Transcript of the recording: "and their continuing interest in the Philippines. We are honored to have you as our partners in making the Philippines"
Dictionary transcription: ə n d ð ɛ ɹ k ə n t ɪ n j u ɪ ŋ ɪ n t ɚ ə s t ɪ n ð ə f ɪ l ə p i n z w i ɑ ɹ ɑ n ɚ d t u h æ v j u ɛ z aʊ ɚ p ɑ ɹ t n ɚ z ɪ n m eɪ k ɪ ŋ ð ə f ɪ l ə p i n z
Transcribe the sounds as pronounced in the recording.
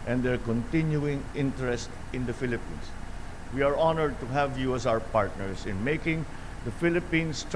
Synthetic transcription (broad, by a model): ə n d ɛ ɹ k ə n t ɪ n j u ɪ ŋ ɪ n t ɚ ə s t ɪ n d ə f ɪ l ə p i n s w i ɑ ɹ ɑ n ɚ d t u h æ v j u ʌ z aʊ ɚ p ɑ ɹ t n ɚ s ɪ n m eɪ k ɪ ŋ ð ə f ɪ l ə p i n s